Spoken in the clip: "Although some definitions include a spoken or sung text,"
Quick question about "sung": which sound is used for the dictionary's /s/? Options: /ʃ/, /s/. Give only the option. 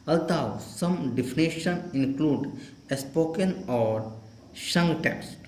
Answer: /ʃ/